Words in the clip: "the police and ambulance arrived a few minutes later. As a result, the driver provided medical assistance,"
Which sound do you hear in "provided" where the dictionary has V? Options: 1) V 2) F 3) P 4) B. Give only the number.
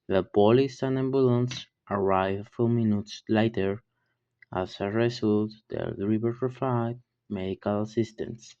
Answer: 2